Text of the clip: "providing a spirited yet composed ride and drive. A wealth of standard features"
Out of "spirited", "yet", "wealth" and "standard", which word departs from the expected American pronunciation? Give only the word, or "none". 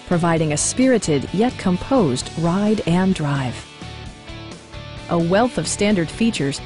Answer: none